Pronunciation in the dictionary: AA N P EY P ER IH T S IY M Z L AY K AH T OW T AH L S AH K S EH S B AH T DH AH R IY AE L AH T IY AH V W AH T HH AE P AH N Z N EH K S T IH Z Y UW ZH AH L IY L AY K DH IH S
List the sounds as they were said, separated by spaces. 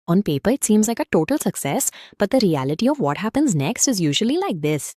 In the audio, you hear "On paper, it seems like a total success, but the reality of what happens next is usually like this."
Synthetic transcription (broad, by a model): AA N P EY P ER IH T S IY M Z L AY K AH T OW T AH L S AH K S EH S B AH T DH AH R IY AE L AH T IY AH V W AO T HH AE P AH N Z N EH K S T IH Z Y UW ZH AH L IY L AY K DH IH S